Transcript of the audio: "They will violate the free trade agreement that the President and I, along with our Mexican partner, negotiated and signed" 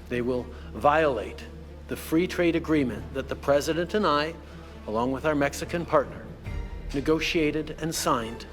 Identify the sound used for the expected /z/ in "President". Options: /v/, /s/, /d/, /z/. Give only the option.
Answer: /z/